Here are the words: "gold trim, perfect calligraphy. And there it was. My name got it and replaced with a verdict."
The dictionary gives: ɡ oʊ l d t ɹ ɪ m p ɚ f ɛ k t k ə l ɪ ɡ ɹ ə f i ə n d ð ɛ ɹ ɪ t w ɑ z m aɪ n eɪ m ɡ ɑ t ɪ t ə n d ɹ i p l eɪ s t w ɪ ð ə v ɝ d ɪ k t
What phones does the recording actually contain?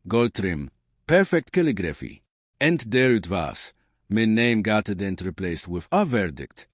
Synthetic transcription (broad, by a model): ɡ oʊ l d t ɹ ɪ m p ɚ f ɛ k t k ə l ɪ ɡ ɹ ə f i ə n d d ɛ ɹ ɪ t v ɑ s m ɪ n eɪ m ɡ ɑ t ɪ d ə n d ɹ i p l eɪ s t w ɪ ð ə v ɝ d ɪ k t